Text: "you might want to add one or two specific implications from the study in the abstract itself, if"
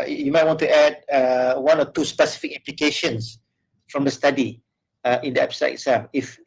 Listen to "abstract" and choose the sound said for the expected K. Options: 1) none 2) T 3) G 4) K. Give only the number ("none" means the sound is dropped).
1